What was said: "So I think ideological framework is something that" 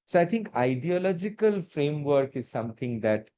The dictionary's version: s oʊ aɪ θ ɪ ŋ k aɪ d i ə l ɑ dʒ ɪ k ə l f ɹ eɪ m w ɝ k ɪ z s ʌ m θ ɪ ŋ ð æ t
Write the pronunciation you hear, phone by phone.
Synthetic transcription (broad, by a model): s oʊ aɪ t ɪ ŋ k aɪ d i ə l ɑ dʒ ɪ k ə l f ɹ eɪ m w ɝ k ɪ z s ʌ m t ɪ ŋ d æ t